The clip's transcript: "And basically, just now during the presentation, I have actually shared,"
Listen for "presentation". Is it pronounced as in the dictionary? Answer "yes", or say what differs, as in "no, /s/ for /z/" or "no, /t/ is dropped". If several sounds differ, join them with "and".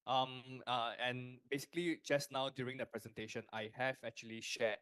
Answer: yes